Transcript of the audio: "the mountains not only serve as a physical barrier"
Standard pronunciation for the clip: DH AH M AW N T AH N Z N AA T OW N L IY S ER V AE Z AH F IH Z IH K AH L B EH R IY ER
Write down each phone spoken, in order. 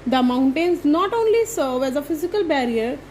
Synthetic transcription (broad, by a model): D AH M AW N T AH N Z N AA T OW N L IY S ER V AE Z AH F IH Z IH K AH L B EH R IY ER